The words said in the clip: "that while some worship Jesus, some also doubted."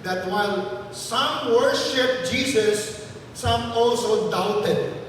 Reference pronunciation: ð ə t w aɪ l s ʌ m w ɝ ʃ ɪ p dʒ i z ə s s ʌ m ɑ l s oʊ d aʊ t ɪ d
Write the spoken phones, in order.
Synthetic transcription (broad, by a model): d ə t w aɪ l s ʌ m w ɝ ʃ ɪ p dʒ i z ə s s ʌ m ɑ l s oʊ d aʊ t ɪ d